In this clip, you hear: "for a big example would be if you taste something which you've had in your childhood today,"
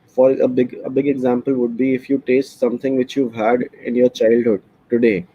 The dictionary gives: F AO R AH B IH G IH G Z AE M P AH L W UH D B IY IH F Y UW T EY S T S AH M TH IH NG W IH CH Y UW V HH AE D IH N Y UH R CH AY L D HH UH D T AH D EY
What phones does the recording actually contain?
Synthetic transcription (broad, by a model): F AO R AH B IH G IH G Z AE M P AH L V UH D B IY IH F Y UW T EY S T S AH M T IH NG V IH CH Y UW V HH AE D IH N Y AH R CH AY L D HH UH D T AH D EY